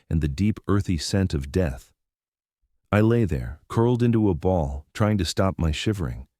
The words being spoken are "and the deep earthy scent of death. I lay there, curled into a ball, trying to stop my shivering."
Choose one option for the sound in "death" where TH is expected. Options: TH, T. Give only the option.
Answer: TH